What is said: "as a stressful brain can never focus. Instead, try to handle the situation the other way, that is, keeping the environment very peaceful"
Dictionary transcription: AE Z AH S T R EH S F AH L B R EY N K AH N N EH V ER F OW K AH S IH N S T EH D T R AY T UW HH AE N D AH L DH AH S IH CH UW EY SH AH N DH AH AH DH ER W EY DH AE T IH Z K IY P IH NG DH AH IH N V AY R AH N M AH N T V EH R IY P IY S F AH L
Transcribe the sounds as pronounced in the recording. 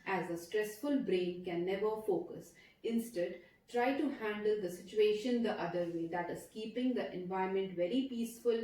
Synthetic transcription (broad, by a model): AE Z AH S T R EH S F AH L B R EY N K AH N N EH V ER F OW K AH S IH N S T EH D T R AY T UW HH AE N D AH L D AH S IH CH UW EY SH AH N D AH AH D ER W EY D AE T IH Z K IY P IH NG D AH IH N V AY AH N M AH N T V EH R IY P IY S F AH L